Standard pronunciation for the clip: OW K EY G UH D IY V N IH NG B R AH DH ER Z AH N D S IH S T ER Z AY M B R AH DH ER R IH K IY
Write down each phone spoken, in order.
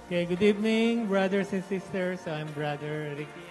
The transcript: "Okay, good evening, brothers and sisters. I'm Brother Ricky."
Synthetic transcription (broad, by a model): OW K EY G UH D IY V N IH NG B R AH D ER S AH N S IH S T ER S AY M B R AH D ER R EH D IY